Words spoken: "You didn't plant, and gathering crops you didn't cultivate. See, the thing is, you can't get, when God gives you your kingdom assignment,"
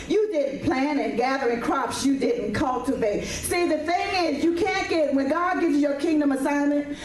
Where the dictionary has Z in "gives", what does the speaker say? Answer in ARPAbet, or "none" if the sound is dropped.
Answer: Z